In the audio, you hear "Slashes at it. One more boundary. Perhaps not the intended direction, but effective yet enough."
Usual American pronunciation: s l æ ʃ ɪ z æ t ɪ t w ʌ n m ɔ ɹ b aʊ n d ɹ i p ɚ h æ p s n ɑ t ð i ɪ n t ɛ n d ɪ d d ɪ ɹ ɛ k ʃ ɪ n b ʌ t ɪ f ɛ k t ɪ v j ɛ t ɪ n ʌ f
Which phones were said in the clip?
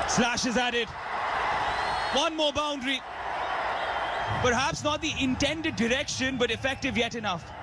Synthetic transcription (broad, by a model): s l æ ʃ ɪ z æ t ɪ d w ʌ n m ɔ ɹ b aʊ n d ɹ i p ɚ h æ p s n ɑ t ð i ɪ n t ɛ n d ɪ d d ɪ ɹ ɛ k ʃ ɪ n b ʌ t ɪ f ɛ k t ɪ v j ɛ t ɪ n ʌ f